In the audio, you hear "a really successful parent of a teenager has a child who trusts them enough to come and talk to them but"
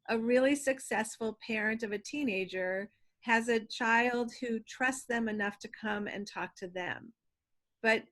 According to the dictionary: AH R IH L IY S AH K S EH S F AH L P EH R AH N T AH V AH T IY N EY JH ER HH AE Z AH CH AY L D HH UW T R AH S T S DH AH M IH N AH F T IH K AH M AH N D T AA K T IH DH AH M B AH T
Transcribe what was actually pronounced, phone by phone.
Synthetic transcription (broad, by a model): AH R IH L IY S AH K S EH S F L P EH R AH N T AH V AH T IY N EY JH ER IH Z AH CH AY L D HH UW T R AH S T DH AH M IH N AH F T IH K AH M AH N T AA K T IH DH AH M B AH T